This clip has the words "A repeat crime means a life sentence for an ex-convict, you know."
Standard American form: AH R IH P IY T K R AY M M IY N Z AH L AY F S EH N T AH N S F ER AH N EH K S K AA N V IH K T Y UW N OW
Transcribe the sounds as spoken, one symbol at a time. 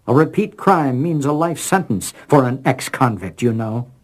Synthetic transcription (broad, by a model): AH R IH P IY T K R AY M M IY N Z AH L AY F S EH N T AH N S F ER AH N EH K S K AA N V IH K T Y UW N OW